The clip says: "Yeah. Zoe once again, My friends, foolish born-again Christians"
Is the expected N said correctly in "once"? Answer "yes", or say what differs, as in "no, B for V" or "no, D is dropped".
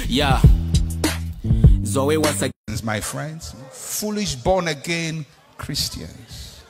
no, N is dropped